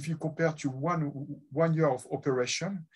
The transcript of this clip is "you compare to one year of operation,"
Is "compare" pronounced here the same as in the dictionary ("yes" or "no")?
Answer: no